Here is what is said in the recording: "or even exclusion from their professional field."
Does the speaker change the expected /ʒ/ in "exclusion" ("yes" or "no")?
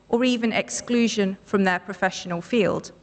no